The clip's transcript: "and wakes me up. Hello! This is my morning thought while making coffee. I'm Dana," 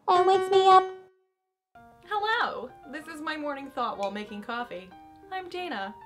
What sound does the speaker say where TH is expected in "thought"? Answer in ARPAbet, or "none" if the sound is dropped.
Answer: TH